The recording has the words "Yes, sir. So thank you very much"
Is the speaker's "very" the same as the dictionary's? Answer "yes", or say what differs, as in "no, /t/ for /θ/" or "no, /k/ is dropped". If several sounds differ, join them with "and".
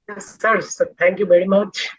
yes